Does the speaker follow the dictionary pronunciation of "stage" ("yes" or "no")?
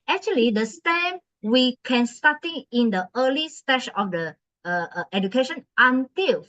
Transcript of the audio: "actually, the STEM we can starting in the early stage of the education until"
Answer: no